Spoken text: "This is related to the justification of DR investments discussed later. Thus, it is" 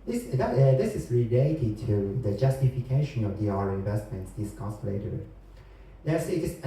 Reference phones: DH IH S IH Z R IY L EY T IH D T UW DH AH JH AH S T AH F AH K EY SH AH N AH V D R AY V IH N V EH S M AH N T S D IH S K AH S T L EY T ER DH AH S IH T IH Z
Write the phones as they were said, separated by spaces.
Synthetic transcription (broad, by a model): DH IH S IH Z R IY L EY T IH D T UW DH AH JH AH S T AH F AH K EY SH AH N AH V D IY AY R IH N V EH S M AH N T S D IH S K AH S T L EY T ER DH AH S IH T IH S